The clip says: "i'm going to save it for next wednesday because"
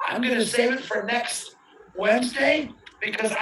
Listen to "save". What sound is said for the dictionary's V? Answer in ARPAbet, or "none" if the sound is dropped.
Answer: none